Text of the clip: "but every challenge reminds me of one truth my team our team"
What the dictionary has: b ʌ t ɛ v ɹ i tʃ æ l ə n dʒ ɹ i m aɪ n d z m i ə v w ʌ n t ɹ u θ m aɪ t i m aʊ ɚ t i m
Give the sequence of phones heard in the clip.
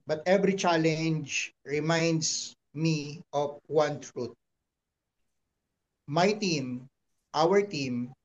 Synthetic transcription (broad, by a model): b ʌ t ɛ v ɹ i tʃ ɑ l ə n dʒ ɹ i m aɪ n d s m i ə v w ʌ n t ɹ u t m aɪ t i m aʊ ɚ t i m